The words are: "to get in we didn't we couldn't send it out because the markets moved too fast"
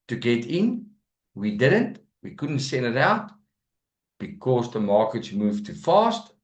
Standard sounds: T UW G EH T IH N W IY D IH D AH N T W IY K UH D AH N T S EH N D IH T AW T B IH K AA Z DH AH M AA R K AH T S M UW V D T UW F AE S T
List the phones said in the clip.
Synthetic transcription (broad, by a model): T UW G EH T IH N W IY D IH D AH N T W IY K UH D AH N T S EH N D IH T AW T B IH K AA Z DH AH M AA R K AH T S M UW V T UW F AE S T